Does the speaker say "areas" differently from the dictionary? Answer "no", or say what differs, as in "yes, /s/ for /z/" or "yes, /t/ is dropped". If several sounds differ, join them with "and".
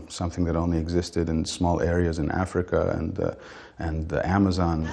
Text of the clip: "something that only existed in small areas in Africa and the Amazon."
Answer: no